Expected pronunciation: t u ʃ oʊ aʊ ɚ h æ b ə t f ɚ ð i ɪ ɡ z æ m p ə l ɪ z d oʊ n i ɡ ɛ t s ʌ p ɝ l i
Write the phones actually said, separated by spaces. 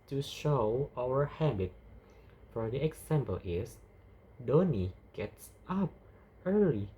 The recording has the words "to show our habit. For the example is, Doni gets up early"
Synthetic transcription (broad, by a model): t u ʃ oʊ aʊ ɚ h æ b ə t f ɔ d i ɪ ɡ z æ m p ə l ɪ s d oʊ n i ɡ ɛ t s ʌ p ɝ l i